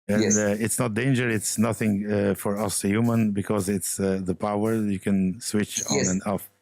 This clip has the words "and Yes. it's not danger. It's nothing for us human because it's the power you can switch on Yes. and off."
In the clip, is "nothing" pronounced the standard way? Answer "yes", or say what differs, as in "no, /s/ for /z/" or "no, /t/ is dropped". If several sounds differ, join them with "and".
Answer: yes